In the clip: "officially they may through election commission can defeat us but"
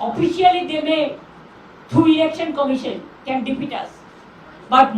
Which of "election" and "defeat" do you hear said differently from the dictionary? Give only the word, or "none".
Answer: defeat